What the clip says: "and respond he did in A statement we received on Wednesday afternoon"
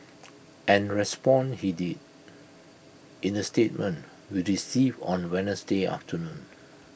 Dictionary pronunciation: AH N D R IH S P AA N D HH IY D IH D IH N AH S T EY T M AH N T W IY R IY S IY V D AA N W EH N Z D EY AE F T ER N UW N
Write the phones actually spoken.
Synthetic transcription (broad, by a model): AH N R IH S P AA N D HH IY D IH D IH N AH S T EY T M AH N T W IY R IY S IY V AA N W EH N S D EY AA F T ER N UW N